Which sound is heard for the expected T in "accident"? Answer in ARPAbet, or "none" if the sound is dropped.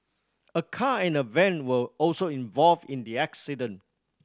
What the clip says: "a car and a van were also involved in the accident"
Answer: none